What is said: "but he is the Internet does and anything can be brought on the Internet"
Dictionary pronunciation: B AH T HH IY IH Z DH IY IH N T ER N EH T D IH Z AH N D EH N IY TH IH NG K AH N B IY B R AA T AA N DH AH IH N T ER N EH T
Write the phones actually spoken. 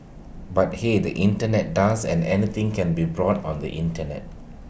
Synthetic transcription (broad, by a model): B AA T HH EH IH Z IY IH N T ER N EH T D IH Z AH N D EH N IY T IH NG K AH N B IY B R AA T AA N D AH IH N T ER N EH T